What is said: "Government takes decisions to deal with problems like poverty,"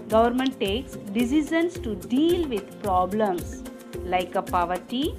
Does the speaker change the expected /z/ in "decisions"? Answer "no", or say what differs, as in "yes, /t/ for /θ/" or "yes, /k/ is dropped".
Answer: yes, /s/ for /z/